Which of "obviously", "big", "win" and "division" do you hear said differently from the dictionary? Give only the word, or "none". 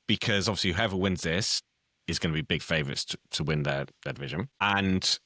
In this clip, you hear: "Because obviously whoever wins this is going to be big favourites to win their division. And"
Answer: none